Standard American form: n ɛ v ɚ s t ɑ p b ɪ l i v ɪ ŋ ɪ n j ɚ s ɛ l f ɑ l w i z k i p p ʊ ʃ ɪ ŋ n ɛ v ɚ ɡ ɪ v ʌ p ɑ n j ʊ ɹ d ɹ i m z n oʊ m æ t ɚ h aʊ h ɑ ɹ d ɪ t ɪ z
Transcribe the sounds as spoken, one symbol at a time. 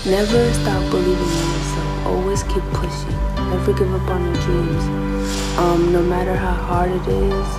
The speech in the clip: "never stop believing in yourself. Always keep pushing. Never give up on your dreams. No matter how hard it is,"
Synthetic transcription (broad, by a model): n ɛ v ɚ s t ɑ p b ɪ l i v ɪ ŋ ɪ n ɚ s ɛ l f ɑ l w i z k i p p ʊ ʃ ɪ ŋ n ɛ v ɚ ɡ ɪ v ʌ p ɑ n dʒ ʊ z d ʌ m n oʊ m æ t ɚ h aʊ h ɑ ɹ d ɪ t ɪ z